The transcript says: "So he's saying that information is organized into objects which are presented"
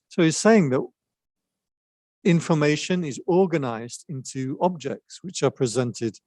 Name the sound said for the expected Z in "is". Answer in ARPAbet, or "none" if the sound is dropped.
Z